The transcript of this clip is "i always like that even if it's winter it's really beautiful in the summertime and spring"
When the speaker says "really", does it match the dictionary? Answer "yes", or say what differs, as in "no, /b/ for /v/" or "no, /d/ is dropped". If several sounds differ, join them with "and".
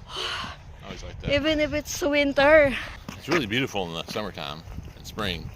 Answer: yes